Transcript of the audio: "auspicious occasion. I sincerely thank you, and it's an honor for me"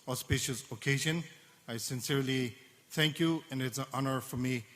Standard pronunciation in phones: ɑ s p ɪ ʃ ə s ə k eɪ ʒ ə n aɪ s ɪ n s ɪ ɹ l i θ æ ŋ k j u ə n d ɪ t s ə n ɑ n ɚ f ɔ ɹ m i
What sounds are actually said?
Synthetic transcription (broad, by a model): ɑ s p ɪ ʃ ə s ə k eɪ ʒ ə n aɪ s ɪ n s ɪ ɹ l i θ æ ŋ k j u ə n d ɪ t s ə n ɑ n ɚ f ɔ ɹ m i